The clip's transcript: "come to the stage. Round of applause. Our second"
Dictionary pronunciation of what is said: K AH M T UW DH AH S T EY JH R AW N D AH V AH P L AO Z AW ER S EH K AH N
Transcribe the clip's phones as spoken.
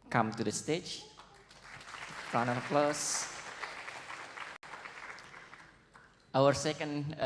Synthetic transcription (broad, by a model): K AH M T UW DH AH S T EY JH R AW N AH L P L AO S AW ER S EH K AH N